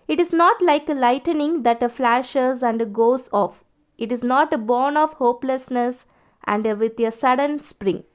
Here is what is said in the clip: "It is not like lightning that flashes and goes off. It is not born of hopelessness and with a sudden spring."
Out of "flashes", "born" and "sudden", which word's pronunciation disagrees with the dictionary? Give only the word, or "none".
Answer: none